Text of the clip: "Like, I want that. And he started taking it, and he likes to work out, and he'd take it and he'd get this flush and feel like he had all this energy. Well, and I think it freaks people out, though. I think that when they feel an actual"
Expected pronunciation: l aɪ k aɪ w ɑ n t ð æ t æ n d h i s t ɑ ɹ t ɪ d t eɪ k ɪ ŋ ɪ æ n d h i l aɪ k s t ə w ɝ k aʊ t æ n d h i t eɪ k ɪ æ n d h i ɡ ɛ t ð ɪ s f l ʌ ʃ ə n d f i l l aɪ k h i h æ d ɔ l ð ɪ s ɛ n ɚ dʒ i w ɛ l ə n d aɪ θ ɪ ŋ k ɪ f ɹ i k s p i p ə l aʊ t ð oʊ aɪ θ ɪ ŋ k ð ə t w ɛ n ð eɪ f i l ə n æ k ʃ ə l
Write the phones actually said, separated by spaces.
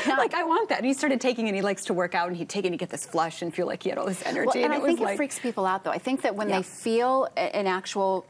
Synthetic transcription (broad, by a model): l aɪ k aɪ w ɑ n ð æ t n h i s t ɑ ɹ t ɪ d t eɪ k ɪ ŋ ɪ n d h i l aɪ k s t ə w ɝ k aʊ t n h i t eɪ k ɪ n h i ɡ ɛ t ð ɪ s f l ʌ ʃ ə n f i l l aɪ k h i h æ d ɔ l ð ɪ s ɛ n ɚ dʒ i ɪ n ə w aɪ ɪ ŋ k ɪ f ɹ i k s p i p l aʊ t ð oʊ aɪ θ ɪ ŋ k ð ə t w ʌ n ð eɪ f i l ə n æ k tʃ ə l